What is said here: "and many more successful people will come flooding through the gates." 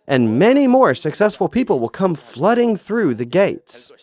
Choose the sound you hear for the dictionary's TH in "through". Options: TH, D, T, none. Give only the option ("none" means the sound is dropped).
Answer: TH